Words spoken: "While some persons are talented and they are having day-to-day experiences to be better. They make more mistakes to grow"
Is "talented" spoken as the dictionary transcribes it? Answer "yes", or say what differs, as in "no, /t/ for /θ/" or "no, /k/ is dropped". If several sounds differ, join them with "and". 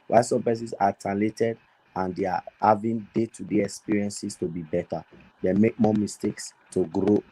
no, /n/ is dropped